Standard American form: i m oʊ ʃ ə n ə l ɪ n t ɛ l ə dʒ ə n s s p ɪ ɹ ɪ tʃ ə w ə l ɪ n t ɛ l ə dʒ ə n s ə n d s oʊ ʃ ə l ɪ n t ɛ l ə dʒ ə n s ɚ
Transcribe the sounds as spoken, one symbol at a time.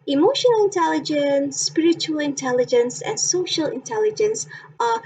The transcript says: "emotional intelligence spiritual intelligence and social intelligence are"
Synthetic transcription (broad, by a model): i m oʊ ʃ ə n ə l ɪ n t ɛ l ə dʒ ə n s s p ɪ ɹ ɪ tʃ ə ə l ɪ n t ɛ l ə dʒ ə n s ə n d s oʊ ʃ ə l ɪ n t ɛ l ə dʒ ə n s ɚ